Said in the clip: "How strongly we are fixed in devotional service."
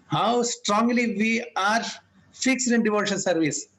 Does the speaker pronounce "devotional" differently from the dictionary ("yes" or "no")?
yes